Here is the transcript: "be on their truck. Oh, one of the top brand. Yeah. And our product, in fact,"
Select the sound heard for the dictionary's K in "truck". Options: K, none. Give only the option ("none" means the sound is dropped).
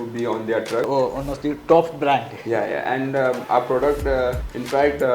none